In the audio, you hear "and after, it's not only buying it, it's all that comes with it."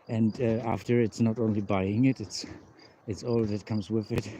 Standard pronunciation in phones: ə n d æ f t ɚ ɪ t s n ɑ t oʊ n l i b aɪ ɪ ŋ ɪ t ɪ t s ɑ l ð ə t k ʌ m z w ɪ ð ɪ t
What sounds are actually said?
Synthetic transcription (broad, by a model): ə n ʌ æ f t ɚ ɪ t s n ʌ t oʊ n l i b aɪ ɪ ŋ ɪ t ɪ t s ɑ l ð ə t k ʌ m z w ɪ ð ɪ t